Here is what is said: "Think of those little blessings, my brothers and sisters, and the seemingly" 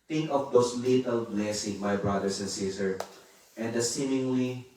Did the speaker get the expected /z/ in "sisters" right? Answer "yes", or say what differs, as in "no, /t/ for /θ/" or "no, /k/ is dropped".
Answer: no, /z/ is dropped